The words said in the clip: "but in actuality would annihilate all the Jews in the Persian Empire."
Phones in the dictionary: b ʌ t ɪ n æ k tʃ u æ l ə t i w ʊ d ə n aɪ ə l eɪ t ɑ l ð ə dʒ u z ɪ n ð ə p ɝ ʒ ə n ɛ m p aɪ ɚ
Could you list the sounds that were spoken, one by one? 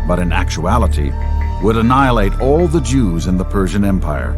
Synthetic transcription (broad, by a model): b ʌ t ɪ n æ k tʃ u æ l ə t i w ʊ d ə n aɪ ə l eɪ t ɑ l ð ə dʒ u z ɪ n ð ə p ɝ ʒ ə n ɛ m p aɪ ɚ